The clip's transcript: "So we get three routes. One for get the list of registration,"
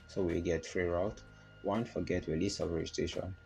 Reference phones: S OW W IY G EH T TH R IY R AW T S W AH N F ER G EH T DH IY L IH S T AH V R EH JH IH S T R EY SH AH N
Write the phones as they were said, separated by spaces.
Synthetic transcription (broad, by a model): S OW W IY G EH T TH R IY R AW T W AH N F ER G EH T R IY L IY S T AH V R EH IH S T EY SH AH N